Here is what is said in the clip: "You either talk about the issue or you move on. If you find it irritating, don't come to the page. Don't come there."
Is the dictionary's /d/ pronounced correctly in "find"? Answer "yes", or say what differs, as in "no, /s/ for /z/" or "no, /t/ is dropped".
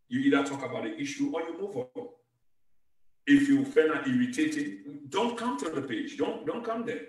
no, /d/ is dropped